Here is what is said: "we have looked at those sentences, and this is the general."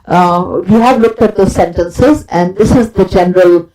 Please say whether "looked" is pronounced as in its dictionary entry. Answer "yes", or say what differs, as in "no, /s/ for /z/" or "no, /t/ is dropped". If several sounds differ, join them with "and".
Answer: yes